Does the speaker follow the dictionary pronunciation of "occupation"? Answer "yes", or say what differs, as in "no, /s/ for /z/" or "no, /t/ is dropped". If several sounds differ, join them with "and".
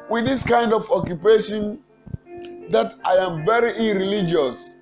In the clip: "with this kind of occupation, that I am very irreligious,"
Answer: yes